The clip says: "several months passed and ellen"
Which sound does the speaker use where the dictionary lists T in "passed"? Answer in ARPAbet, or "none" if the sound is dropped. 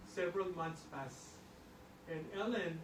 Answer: none